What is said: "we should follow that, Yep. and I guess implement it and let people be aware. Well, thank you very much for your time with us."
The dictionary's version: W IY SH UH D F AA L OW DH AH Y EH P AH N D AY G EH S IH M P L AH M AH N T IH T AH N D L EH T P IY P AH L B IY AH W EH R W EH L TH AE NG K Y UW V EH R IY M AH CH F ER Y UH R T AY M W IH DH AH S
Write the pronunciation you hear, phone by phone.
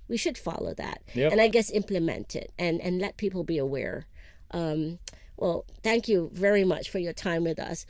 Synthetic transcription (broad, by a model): W IY SH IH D F AA L OW DH AH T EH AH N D AY G EH S IH M P L AH M AH N T IH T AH N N L EH T P IY P L B IY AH W EH R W EH L TH AE NG K Y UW V EH R IY M AH CH F ER Y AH R T AY M W IH DH AH S